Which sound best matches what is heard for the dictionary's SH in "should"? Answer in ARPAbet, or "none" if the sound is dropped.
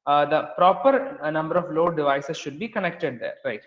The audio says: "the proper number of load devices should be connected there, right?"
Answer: SH